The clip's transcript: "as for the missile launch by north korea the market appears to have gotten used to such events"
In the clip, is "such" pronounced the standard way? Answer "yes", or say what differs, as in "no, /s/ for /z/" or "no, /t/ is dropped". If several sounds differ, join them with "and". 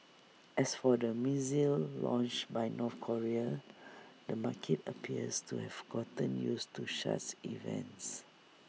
no, /ʃ/ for /s/ and /s/ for /tʃ/